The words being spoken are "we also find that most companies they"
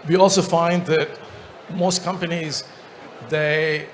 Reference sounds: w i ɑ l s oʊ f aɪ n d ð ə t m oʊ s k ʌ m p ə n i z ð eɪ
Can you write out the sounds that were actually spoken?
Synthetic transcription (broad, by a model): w i ɑ l s oʊ f aɪ n d ð ə t m oʊ s k ʌ m p ə n i z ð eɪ